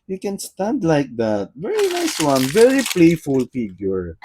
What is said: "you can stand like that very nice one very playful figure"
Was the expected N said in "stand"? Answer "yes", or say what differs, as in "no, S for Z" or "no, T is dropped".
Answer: yes